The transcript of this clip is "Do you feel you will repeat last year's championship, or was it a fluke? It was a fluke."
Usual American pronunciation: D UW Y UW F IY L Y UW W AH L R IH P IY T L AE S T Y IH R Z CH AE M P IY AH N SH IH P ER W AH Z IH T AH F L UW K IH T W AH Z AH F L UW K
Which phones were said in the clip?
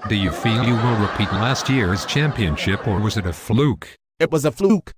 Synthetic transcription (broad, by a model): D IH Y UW F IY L Y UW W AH N R IH P IY T L AE S T Y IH R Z CH AE M P IY AH N SH IH P ER W AH Z IH T AH F L UW K IH T W AH Z AH F L UW K